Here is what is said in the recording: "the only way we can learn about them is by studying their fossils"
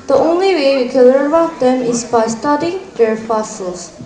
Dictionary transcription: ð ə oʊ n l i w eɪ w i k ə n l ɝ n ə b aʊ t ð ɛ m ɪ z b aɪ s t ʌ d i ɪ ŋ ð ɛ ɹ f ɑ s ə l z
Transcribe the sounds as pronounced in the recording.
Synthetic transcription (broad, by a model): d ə oʊ n l i w eɪ w i k ə n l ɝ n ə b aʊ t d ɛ m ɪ s b aɪ s t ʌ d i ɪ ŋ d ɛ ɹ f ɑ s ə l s